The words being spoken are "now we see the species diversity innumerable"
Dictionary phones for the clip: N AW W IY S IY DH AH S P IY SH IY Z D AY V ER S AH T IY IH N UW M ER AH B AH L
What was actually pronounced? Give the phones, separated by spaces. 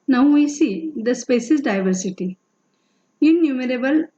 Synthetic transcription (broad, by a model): N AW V IY S IY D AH S P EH S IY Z D AY V ER S AH T IY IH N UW M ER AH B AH L